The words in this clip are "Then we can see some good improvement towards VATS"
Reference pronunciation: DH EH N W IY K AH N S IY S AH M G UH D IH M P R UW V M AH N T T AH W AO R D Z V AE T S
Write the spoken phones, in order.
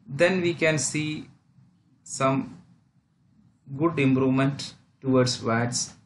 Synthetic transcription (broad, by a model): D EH N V IY K AH N S IY S AH M G UH D IH M P R UW V M AH N T T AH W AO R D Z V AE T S